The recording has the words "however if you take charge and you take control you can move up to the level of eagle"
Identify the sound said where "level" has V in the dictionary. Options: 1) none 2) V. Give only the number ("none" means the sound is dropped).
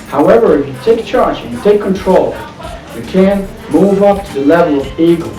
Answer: 2